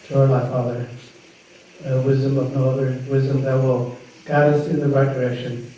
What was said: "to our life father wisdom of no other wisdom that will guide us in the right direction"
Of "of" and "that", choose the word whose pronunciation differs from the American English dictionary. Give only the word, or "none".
none